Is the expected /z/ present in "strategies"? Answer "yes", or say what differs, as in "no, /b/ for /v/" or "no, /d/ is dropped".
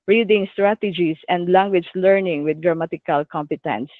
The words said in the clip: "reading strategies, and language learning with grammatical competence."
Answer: no, /s/ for /z/